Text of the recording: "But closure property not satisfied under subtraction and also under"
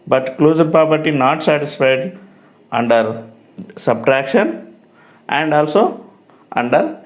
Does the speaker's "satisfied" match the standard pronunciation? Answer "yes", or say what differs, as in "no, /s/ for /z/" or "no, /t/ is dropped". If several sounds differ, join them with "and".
yes